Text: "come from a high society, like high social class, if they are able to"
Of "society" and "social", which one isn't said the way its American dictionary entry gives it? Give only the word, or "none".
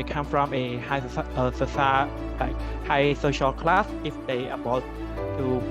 society